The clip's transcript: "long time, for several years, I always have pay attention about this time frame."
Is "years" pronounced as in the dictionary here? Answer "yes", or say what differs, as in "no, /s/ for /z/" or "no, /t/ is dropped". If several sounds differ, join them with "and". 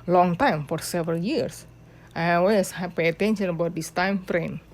no, /s/ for /z/